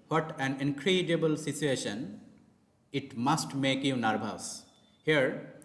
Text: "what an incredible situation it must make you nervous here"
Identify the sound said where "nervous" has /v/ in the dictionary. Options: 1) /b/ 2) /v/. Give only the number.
1